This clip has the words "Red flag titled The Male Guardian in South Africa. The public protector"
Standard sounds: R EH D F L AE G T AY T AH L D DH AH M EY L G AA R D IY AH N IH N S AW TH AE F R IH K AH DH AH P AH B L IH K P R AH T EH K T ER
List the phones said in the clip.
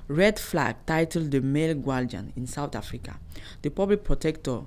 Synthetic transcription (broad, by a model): R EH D F L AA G T AY T AH L D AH M EY L G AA L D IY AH N IH N S AW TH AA F R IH K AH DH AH P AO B L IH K P R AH T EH K T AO